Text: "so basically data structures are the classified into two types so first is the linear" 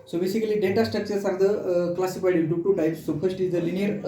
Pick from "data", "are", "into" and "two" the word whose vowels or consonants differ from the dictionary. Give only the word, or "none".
into